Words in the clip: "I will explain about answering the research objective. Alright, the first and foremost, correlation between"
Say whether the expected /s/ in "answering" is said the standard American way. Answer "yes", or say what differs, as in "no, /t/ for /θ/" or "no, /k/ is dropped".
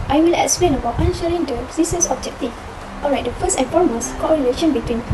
no, /ʃ/ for /s/